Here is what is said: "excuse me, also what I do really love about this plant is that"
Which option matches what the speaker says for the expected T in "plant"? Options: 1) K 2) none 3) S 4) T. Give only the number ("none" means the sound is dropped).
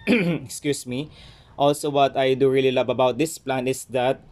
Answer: 2